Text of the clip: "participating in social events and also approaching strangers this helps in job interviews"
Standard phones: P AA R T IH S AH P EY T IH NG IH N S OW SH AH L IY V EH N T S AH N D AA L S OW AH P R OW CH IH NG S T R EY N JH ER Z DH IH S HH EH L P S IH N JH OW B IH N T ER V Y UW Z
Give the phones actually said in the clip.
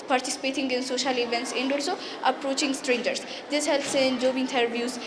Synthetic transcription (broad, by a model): P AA R T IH S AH P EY T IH NG IH N S OW SH AH L IY V EH N T S AH N D AA L S OW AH P R OW CH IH NG S T R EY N JH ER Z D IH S HH EH L P S IH N JH OW B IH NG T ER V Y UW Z